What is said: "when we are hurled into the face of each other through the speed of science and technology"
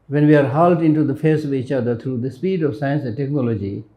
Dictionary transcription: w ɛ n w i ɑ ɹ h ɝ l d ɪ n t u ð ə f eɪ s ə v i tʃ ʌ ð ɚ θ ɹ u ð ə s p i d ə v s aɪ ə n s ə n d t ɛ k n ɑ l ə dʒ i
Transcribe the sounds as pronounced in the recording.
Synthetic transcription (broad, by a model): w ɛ n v i ɑ ɹ h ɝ l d ɪ n t u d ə f eɪ s ə v i tʃ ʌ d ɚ t ɹ u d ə s p i d ə v s aɪ ə n s ə n d t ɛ k n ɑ l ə dʒ i